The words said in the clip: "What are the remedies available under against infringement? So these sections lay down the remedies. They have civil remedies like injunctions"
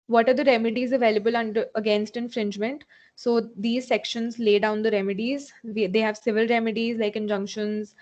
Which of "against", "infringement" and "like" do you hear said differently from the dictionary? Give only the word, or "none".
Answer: none